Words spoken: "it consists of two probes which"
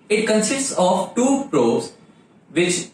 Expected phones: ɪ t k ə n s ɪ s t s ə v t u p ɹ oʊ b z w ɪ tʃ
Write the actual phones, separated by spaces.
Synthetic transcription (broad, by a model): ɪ t k ə n s ɪ s t s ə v t u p ɹ oʊ z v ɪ tʃ